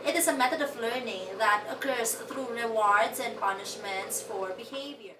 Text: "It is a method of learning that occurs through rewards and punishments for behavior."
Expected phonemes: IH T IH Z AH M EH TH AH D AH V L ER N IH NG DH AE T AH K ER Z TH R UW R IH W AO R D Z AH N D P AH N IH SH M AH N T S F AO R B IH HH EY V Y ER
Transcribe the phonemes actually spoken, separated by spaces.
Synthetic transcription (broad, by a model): IH T IH Z AH M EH T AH D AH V L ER N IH NG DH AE T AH K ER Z T R UW R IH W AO R D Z AH N D P AH N IH SH M AH N T S F AO R B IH HH EY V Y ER